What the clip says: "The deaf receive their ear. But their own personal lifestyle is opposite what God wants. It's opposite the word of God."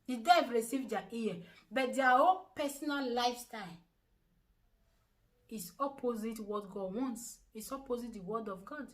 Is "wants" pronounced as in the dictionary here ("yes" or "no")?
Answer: yes